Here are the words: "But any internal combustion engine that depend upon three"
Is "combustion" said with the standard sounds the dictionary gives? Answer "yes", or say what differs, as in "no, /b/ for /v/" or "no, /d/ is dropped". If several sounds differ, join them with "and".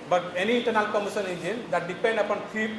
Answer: no, /b/ is dropped